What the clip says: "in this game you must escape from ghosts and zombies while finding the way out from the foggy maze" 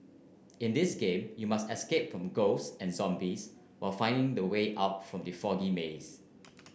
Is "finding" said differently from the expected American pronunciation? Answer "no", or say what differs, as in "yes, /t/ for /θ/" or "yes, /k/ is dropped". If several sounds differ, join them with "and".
no